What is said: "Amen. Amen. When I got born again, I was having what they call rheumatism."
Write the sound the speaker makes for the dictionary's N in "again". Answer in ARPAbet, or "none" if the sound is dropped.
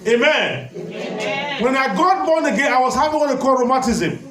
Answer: none